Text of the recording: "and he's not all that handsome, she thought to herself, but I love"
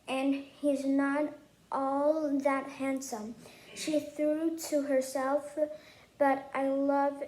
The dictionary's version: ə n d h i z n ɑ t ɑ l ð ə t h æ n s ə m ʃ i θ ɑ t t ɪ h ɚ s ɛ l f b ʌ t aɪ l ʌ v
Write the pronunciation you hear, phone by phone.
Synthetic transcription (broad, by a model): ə n h i z n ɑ t ɑ l ð ə t h æ n s ə m ʃ i θ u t t ɪ h ɚ s ɛ l f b ʌ t aɪ l ʌ v